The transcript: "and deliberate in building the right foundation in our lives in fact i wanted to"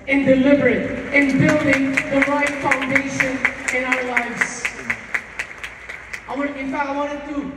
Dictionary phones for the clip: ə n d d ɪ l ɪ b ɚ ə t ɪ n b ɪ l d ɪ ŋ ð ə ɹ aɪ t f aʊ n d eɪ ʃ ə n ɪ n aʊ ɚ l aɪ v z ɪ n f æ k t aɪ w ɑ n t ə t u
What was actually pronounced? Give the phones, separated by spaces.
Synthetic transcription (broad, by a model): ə n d d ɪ l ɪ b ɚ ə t ɪ n b ɪ l d ɪ ŋ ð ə ɹ aɪ t f aʊ n d eɪ ʃ ə n ɪ n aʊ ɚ l aɪ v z ɪ n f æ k aɪ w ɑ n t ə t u